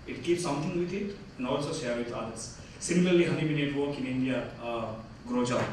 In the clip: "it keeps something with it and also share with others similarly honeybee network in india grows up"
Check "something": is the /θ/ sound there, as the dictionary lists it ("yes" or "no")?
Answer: no